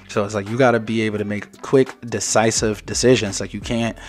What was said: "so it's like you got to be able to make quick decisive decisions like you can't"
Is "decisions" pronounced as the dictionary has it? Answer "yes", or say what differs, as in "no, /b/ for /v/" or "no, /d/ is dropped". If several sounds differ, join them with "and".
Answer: yes